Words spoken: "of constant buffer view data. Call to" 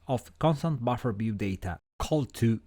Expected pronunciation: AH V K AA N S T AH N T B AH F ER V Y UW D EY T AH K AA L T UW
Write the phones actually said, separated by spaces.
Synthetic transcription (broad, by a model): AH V K AA N S T AH N T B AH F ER B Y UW D EY T AH K AA L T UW